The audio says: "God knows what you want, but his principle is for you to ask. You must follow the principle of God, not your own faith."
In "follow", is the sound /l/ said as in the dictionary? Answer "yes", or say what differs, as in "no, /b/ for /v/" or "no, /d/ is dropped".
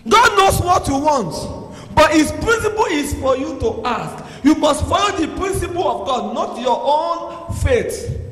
no, /n/ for /l/